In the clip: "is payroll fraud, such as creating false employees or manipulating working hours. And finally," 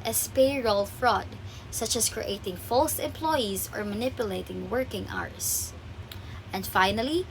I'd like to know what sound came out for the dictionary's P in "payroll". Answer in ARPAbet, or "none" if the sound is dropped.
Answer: P